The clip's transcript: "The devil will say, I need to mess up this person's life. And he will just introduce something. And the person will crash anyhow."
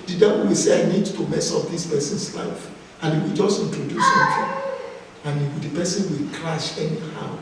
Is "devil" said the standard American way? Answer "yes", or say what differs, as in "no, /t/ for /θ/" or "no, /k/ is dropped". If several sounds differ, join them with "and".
no, /w/ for /l/